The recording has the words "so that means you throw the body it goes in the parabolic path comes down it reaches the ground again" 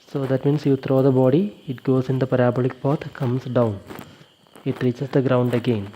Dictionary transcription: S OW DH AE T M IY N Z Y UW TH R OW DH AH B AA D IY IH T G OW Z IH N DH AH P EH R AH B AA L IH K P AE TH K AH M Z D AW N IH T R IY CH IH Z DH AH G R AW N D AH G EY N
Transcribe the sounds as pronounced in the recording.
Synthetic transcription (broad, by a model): S OW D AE T M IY N S Y UW T R OW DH AH B AA D IY IH T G OW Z IH N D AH P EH R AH B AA L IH K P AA T K AH M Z D AW N IH T R IY CH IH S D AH G R AW N D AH G EY N